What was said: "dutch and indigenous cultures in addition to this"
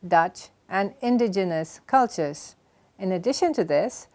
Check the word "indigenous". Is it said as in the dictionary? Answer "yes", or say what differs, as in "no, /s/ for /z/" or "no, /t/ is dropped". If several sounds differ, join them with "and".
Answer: yes